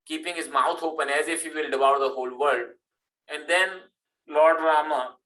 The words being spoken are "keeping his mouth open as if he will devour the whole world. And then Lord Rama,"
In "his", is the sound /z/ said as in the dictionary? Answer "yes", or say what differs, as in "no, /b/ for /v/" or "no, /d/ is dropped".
yes